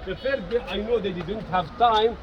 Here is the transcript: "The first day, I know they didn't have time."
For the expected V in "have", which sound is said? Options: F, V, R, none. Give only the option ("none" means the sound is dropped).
V